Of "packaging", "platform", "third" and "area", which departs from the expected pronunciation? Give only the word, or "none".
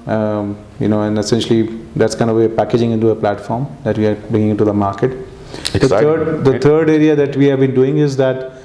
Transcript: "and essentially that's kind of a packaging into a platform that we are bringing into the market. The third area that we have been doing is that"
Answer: third